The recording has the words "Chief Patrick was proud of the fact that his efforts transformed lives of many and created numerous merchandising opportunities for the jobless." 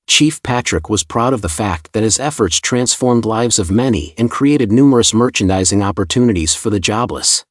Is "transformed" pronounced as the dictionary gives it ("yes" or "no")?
yes